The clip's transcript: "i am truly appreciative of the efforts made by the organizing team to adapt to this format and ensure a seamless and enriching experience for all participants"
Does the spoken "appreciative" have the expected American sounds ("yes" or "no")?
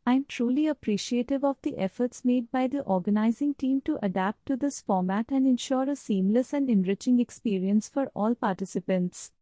yes